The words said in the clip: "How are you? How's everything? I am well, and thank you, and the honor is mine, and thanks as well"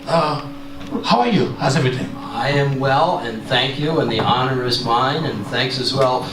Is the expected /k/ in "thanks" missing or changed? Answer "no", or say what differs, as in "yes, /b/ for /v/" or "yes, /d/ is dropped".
no